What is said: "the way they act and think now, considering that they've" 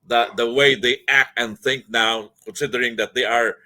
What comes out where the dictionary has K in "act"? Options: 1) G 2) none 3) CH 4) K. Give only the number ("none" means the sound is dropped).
4